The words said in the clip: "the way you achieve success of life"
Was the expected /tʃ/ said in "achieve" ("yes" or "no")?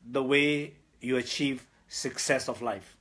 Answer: yes